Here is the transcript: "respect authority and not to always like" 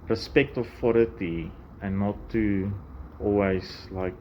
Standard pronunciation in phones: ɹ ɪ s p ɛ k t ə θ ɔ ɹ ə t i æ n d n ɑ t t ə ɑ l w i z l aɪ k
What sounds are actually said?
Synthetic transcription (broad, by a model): ɹ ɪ s p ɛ k t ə f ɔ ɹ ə t i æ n n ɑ t t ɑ l w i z l aɪ k